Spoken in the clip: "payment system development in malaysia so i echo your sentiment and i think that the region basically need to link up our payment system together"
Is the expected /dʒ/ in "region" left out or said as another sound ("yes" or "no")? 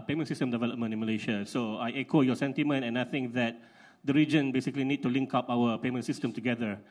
no